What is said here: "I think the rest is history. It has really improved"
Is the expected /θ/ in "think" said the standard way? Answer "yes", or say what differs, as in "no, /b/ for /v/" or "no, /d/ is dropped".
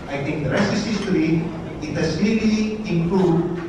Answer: no, /t/ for /θ/